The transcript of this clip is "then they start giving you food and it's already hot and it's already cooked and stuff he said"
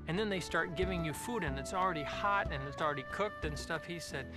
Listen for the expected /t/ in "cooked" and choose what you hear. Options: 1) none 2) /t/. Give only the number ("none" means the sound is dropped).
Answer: 2